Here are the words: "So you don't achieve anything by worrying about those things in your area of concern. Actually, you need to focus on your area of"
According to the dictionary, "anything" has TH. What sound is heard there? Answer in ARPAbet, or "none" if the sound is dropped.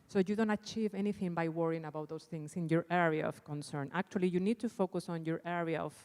TH